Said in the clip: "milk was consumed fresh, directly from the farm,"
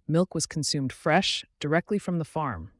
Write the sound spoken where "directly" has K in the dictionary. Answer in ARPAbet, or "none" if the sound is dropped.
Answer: K